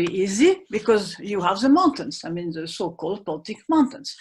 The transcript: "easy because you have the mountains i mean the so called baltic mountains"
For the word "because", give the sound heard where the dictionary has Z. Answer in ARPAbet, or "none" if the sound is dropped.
Z